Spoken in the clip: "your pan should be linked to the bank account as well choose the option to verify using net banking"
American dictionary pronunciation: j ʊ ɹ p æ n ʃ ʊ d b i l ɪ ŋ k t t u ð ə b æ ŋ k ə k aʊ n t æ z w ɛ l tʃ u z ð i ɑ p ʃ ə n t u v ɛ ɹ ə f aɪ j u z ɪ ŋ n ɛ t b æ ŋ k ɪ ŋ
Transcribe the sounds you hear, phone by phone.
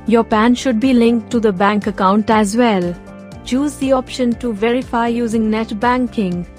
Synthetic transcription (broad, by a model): j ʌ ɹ p æ n ʃ ʊ d b i l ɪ ŋ k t t u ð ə b æ ŋ k ə k aʊ n t æ z w ɛ l tʃ u z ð i ɑ p ʃ ə n t u v ɛ ɹ ə f aɪ j u z ɪ ŋ n ɛ t b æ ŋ k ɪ ŋ